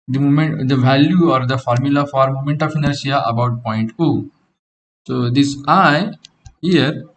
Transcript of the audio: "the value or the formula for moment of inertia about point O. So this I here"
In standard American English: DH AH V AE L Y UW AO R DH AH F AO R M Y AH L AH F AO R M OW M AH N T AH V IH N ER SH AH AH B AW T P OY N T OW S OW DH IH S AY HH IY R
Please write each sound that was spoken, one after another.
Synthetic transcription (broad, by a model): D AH V AE L Y UW AO R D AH F AO R M Y AH L AH F AO R M OW M AH N T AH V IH N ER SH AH AH B AW T P OY N T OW S OW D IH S AY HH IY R